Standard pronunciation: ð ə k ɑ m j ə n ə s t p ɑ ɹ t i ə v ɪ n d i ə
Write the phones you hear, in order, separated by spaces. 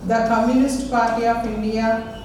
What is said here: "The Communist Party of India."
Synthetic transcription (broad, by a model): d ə k ɑ m j ə n ə s t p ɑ ɹ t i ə p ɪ n d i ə